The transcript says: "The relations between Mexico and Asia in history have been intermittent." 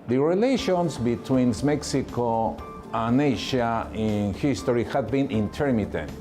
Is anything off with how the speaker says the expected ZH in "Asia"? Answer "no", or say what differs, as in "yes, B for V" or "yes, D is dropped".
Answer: yes, SH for ZH